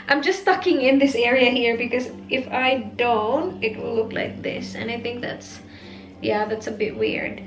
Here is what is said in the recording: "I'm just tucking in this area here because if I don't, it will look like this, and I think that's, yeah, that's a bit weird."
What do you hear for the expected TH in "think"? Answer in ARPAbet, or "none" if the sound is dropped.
TH